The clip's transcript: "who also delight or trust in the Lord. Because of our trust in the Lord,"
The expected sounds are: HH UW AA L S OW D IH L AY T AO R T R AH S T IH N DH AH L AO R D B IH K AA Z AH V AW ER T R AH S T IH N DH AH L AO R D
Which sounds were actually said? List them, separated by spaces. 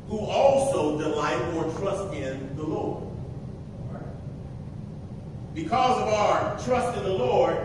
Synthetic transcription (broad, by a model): HH UW AA L S OW D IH L AY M AO R T R AH S T IH N DH AH L AO R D B IH K AA Z AH V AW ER T R AH S T IH N DH AH L AO R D